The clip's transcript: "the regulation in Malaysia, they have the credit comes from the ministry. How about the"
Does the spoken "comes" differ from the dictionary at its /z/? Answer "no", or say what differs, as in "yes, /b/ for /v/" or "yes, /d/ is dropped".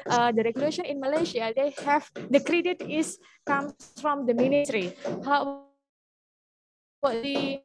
yes, /z/ is dropped